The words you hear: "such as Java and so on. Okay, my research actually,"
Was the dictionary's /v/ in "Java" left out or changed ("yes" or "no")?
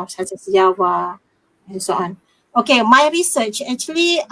yes